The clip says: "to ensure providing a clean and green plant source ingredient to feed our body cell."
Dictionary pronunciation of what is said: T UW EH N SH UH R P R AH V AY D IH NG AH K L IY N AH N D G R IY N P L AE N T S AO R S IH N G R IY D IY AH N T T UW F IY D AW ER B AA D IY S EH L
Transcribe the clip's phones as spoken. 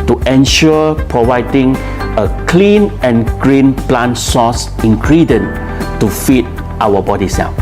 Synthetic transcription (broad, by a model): T UW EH N SH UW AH P R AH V AY D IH NG AH K L IY N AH N G R IY N P L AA N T S AO S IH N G R IY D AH N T T UW F IY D AW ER B AA D IY S EH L